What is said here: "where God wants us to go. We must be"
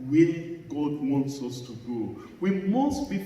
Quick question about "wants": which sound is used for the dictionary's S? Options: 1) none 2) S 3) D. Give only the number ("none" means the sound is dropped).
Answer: 2